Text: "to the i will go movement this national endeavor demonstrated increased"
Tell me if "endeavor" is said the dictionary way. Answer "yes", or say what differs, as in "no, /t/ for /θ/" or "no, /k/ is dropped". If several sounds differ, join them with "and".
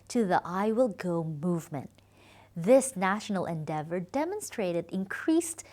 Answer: yes